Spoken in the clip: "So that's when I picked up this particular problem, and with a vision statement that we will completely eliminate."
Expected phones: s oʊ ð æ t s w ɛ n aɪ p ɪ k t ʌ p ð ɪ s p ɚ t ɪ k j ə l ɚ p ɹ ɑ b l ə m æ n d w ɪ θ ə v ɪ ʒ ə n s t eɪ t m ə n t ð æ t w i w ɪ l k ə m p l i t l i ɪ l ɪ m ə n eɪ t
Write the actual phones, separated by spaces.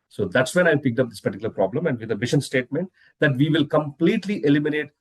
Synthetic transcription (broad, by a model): s oʊ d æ t s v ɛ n aɪ p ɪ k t ʌ p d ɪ s p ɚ t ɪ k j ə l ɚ p ɹ ɑ b l ə m æ n d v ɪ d ə b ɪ ʃ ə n s t eɪ t m ə n t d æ t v i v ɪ l k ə m p l i t l i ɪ l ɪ m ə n eɪ t